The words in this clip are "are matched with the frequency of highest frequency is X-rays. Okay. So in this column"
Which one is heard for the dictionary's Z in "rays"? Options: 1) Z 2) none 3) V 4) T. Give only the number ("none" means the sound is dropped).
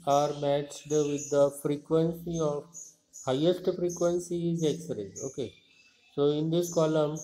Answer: 2